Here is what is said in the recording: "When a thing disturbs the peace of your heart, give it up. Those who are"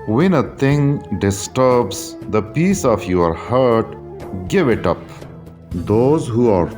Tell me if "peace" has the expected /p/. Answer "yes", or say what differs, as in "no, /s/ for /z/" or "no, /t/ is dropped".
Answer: yes